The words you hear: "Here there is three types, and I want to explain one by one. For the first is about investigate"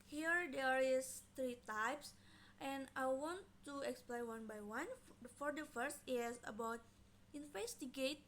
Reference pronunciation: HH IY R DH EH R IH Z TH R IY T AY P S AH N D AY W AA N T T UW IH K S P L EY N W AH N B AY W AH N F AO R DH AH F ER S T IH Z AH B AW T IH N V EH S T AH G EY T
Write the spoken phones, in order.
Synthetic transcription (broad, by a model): HH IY R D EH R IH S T R IY T AY P S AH N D AY W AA N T T UW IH K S P L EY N W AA N B AY W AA N F AO R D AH F ER S T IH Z AH B AW T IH N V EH S T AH G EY T